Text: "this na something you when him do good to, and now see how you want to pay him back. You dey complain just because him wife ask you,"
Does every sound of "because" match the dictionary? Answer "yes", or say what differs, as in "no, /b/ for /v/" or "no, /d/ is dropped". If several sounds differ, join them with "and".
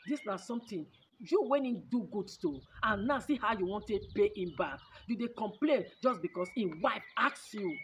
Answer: no, /s/ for /z/